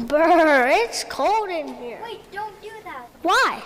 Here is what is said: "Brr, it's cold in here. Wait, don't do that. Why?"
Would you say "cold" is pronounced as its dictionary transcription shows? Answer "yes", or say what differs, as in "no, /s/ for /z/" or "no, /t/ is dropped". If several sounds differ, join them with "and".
yes